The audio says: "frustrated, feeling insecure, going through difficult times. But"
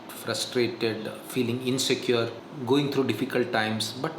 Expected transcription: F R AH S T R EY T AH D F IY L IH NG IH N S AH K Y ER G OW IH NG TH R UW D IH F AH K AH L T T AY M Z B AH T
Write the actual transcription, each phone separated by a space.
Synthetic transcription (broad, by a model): F R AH S T R EY T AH D F IY L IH NG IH N S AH K Y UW G OW IH NG T R UW D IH F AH K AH L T T AY M S B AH T